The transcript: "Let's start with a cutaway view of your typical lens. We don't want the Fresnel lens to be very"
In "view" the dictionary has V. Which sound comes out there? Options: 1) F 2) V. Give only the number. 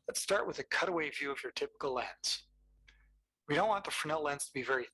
2